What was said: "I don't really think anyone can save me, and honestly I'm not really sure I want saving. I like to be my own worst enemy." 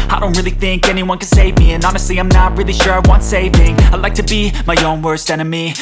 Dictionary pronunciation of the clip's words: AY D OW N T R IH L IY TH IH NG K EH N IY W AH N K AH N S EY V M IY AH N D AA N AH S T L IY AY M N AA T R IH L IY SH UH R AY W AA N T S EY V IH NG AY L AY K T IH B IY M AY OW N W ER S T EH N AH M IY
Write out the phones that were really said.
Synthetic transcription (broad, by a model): AY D OW N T R IH L IY TH IH NG K EH N IY W AH N K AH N S EY V M IY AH N AA N AH S T L IY AY M N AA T R IH L IY SH UH R AY W AA N T S EY V IH NG AY L AY K T IH B IY M AY OW N W ER S T EH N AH M IY